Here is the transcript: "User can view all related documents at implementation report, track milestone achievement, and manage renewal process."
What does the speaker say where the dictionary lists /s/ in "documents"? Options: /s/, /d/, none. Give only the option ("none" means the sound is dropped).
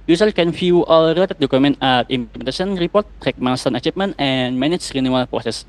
none